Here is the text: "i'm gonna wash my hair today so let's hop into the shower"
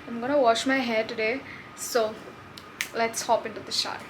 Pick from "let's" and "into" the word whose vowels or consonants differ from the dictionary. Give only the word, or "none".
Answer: none